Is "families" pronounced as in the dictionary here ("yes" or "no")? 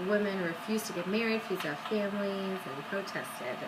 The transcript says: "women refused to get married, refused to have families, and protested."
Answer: no